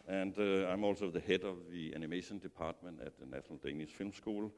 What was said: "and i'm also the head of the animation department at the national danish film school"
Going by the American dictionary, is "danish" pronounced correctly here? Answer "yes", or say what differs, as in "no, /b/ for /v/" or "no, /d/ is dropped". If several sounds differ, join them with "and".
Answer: no, /s/ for /ʃ/